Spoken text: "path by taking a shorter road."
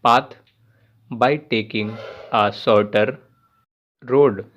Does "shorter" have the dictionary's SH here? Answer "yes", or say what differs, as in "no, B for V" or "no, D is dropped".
no, S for SH